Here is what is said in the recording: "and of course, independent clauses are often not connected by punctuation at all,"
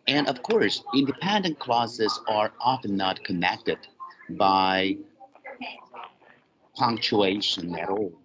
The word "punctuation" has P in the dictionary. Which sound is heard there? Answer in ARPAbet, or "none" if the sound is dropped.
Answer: P